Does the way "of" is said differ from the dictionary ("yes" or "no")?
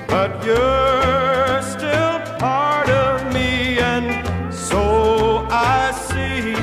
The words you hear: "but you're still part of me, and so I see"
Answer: no